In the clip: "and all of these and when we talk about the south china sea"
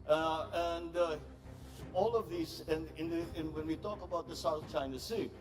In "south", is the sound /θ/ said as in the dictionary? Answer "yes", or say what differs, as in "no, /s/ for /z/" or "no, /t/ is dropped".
yes